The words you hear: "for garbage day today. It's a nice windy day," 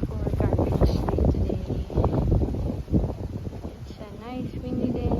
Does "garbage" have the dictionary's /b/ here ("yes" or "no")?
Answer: no